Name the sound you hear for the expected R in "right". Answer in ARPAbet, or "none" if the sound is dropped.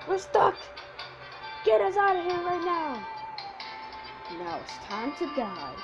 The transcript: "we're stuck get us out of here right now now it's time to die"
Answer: R